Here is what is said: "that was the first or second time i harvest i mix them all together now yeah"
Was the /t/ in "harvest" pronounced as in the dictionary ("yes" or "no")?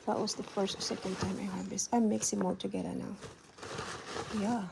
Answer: no